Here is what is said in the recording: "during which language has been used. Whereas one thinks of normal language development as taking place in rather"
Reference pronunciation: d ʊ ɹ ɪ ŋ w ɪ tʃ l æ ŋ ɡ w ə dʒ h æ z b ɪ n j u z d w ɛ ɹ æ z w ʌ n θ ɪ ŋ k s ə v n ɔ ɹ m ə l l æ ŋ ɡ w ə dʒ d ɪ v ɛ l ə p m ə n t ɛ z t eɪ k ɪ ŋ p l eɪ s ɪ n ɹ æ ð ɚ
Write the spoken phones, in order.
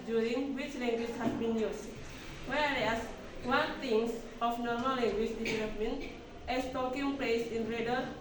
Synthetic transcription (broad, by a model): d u ɹ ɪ ŋ w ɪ tʃ l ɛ ŋ ɡ w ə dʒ h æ s b ɪ n j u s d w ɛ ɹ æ s w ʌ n t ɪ ŋ s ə f n ɔ ɹ m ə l l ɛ ŋ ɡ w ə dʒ d ɪ v ɛ l ə p m ə n t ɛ s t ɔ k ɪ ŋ p l eɪ s ɪ n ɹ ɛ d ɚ